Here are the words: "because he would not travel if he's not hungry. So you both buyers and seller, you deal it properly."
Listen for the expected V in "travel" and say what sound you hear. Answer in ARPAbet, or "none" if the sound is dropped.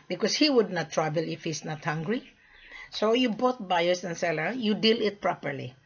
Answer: B